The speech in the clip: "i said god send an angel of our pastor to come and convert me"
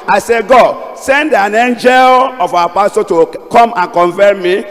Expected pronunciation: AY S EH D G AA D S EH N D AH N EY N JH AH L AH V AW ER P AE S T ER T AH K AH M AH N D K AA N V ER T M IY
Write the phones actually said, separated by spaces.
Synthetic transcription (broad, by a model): AY S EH G AA D S EH N D AH N EY N JH AH L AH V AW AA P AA S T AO T AH K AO M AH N K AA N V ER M M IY